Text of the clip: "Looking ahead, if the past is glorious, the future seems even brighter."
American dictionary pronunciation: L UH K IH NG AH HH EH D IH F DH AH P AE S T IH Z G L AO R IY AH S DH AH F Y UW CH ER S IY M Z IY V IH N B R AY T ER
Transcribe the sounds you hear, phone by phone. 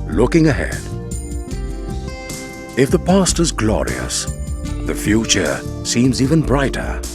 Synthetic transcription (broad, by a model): L UH K IH NG AH HH EH D IH F DH AH P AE S T IH Z G L AO R IY AH S DH AH F Y UW CH ER S IY M Z IY V IH N B R AY T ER